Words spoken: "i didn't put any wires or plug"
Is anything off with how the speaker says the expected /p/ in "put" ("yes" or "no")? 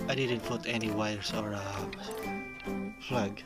yes